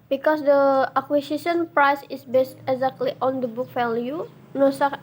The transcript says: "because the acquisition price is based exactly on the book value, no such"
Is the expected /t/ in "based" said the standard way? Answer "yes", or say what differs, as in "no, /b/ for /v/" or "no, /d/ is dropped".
yes